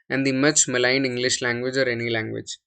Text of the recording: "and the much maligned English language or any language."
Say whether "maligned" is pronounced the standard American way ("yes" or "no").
no